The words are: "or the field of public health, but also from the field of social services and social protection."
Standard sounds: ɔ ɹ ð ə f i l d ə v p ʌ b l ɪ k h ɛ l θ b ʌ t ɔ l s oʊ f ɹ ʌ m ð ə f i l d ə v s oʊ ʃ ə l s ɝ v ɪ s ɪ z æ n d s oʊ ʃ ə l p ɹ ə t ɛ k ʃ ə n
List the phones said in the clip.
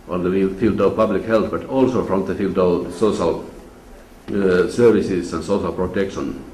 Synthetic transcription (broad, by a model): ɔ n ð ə f i l d ə v p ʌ b l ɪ k h ɛ l θ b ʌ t ɔ l s oʊ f ɹ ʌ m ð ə f i l d ə v s oʊ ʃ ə l s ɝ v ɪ s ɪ s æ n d s oʊ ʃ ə l p ɹ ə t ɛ k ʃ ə n